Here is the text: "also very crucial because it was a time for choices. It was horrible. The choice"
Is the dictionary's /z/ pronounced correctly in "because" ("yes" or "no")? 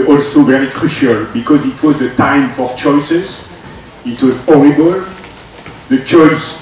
yes